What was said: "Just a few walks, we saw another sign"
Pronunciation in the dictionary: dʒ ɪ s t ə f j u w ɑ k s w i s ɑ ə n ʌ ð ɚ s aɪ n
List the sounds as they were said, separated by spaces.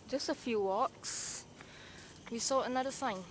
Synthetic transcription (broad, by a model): dʒ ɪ s t ə f j u w ɑ k s w i s ɑ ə n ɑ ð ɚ s aɪ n